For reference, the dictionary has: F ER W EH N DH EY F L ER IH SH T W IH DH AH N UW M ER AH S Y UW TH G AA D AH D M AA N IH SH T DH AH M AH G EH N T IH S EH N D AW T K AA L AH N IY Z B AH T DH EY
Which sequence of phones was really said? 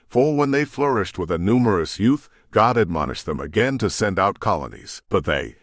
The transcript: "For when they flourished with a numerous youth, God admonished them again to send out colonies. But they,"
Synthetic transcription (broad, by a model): F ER W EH N DH EY F L ER IH SH T W IH DH AH N UW M ER AH S Y UW TH G AA D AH D M AA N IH SH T DH AH M AH G EH N T IH S EH N D AW T K AA L AH N IY Z B AH T DH EY